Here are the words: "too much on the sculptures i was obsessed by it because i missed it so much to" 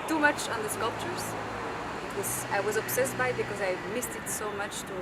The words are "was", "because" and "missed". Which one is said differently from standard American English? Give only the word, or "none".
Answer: none